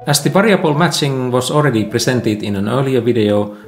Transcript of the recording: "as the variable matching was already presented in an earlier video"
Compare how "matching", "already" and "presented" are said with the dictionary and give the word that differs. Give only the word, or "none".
presented